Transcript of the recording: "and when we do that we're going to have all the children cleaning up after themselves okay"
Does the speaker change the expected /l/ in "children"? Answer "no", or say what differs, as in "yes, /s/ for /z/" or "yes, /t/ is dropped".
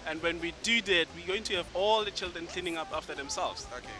no